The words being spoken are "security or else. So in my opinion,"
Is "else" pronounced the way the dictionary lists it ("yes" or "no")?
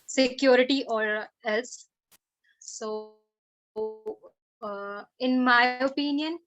yes